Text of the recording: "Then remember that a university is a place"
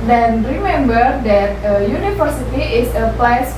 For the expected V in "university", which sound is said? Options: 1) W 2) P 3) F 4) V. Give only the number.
3